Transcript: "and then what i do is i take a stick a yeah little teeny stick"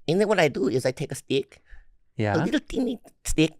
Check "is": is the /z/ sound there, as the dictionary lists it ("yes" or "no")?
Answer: yes